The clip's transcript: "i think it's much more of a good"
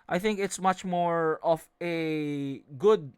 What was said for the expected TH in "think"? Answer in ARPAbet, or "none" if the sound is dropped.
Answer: TH